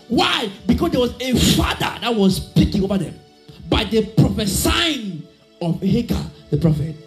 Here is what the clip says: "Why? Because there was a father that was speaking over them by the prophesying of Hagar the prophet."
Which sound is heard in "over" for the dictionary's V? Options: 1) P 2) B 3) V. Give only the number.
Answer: 2